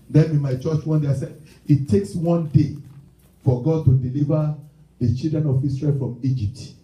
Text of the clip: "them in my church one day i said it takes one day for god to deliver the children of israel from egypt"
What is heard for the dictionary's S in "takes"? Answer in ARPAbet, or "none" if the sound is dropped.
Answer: S